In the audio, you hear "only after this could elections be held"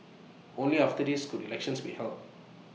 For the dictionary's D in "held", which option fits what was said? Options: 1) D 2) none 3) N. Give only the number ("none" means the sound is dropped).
2